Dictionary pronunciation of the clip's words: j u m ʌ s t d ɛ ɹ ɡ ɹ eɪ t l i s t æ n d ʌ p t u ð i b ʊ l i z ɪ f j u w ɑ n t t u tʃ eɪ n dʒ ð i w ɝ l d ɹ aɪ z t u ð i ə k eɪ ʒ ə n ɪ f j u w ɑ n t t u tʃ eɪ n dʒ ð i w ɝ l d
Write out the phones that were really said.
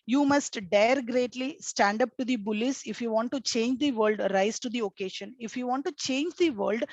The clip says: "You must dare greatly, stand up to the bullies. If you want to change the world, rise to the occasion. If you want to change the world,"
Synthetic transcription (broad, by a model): j u m ʌ s t d ɛ ɹ ɡ ɹ eɪ t l i s t æ n d ʌ p t u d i b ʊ l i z ɪ f j u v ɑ n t t u tʃ eɪ n dʒ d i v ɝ l d ɹ aɪ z t u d i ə k eɪ ʃ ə n ɪ f j u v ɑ n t t u tʃ eɪ n dʒ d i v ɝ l d